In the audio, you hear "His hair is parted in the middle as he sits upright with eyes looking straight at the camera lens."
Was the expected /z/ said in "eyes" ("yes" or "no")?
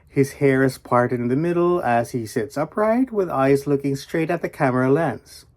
yes